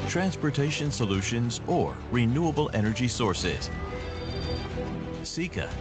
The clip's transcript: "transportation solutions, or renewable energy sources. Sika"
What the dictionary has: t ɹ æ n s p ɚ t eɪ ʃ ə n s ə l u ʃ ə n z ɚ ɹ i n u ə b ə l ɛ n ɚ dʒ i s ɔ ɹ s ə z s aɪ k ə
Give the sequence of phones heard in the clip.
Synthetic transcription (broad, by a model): t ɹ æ n s p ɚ t eɪ ʃ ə n s ə l u ʃ ə n z ɚ ɹ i n u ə b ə l ɛ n ɚ dʒ i s ɔ ɹ s ə z s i k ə